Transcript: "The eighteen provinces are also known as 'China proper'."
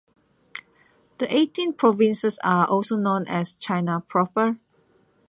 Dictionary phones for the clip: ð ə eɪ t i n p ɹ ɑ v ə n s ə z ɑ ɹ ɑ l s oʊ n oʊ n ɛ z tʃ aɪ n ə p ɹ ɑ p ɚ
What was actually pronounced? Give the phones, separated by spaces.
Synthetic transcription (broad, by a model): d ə eɪ t i n p ɹ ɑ v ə n s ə s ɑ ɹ ɑ l s oʊ n oʊ n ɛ s tʃ aɪ n ə p ɹ ɑ p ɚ